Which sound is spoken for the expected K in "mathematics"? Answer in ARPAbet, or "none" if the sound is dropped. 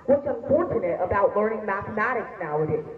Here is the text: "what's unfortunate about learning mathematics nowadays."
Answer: K